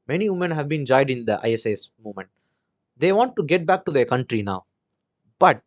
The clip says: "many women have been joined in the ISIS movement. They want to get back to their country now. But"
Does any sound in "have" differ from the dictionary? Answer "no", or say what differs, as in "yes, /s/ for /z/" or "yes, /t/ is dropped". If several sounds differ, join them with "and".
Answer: no